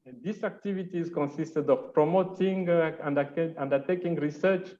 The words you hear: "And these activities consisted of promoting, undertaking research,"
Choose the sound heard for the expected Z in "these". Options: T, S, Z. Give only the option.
S